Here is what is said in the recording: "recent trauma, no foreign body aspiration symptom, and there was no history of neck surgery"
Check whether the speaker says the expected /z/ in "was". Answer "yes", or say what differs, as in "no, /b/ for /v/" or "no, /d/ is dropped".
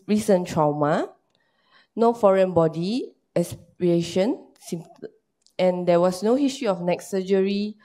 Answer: no, /s/ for /z/